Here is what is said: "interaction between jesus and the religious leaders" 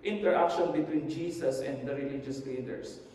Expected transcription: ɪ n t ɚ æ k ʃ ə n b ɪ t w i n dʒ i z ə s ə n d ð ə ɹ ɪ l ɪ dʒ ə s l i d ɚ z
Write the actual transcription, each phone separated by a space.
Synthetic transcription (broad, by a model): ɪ n t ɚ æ k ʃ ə n b ɪ t w i n dʒ i s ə s ə n d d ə ɹ ɪ l ɪ dʒ ə s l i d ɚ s